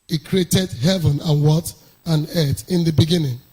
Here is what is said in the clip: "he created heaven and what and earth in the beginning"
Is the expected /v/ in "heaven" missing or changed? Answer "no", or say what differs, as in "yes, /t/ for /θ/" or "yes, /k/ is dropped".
no